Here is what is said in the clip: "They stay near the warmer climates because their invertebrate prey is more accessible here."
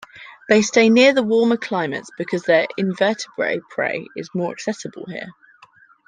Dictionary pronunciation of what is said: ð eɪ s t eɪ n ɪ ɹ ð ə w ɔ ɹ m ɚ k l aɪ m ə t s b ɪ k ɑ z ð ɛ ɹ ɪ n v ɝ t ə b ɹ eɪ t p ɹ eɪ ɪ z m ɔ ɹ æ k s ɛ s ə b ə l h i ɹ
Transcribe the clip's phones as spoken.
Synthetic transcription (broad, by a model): ð eɪ s t eɪ n ɪ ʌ ð ə w ɔ m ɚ k l aɪ m ə t s b ɪ k ɑ z ð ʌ ɹ ɪ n v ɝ t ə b ɹ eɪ p ɹ eɪ ɪ z m ɔ ɹ æ k s ɛ s ə b ə l h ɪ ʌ